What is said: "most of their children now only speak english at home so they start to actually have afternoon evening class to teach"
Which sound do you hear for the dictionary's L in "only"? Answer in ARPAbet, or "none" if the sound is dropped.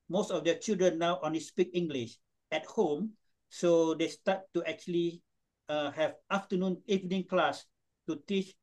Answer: none